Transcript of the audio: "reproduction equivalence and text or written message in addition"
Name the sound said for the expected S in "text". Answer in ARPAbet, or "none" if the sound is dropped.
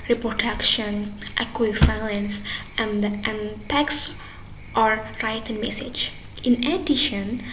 S